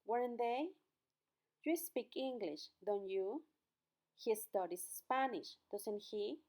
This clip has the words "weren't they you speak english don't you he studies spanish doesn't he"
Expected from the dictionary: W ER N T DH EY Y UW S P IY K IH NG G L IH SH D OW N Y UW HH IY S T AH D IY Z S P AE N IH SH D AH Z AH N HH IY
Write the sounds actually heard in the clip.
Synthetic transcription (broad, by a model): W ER N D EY Y UW S P IY K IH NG G L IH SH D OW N Y UW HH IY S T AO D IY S P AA N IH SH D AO S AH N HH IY